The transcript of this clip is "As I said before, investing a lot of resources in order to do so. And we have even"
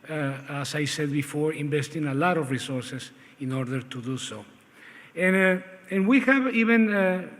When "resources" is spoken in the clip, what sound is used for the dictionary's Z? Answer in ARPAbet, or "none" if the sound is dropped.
S